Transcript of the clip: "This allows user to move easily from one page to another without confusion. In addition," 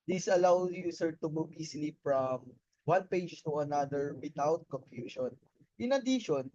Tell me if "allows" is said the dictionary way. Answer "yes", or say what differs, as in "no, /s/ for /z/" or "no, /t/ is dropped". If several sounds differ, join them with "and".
no, /z/ is dropped